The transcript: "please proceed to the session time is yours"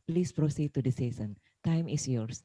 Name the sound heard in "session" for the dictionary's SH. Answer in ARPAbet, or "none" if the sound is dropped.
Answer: S